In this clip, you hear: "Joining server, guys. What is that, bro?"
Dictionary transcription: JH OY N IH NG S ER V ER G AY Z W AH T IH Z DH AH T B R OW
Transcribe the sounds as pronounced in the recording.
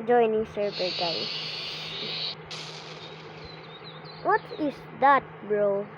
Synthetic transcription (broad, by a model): JH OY N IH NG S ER B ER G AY W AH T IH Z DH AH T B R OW